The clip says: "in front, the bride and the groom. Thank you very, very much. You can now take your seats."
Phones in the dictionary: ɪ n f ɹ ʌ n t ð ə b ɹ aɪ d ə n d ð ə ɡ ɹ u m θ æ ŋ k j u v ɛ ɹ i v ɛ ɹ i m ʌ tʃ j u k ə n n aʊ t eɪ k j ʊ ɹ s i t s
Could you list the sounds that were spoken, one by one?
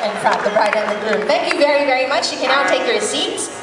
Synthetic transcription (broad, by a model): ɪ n p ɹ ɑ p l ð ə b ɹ aɪ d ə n ð ə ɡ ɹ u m θ æ ŋ k j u v ɛ ɹ i v ɛ ɹ i m ʌ tʃ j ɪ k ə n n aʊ t eɪ k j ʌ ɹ s i t s